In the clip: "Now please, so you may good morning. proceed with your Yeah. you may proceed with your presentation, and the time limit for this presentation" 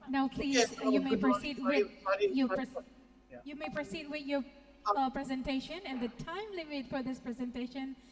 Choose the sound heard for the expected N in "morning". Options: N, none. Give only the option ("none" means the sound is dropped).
none